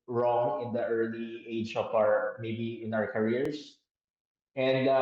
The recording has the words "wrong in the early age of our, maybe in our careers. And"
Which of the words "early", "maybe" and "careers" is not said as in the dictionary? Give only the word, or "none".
careers